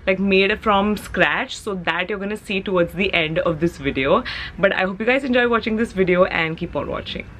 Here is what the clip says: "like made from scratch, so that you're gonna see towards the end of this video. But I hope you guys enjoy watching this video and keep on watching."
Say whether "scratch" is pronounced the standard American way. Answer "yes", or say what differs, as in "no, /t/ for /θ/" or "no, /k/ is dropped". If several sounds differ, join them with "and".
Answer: yes